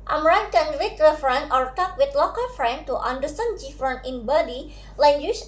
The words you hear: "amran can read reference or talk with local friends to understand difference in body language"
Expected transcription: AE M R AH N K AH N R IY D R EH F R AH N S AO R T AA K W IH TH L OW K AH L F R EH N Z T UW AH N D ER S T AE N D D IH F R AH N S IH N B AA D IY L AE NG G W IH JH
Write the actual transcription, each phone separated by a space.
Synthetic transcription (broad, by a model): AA M R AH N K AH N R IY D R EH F R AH N AO R T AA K W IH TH L OW K AH L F R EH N T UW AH N D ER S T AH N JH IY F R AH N IH N B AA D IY L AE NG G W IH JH